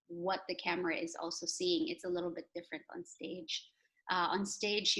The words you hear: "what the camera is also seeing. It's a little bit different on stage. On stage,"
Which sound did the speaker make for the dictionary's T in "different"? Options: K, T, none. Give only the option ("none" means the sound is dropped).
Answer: T